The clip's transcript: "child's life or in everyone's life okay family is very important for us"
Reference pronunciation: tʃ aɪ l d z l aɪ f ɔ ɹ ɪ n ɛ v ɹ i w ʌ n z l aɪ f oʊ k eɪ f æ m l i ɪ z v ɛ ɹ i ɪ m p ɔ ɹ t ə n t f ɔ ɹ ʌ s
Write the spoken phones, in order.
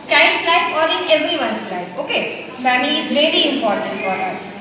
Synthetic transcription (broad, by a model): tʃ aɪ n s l aɪ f ɔ ɹ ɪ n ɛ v ɹ i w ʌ n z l aɪ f oʊ k eɪ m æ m i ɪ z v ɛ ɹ i ɪ m p ɔ ɹ t ə n t f ɔ ɹ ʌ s